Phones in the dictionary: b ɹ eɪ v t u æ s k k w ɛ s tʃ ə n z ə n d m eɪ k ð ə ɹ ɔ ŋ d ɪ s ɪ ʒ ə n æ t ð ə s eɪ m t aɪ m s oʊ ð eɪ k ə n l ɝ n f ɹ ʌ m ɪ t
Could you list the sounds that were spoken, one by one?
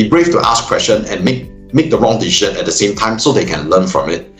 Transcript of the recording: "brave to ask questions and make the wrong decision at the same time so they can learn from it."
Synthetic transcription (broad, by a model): b ɹ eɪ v t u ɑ s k k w ɛ s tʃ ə n ə n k m eɪ k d ə ɹ ɔ ŋ d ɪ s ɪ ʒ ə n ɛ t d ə s eɪ m t aɪ m s oʊ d eɪ k ə n l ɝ n f ɹ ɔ m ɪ t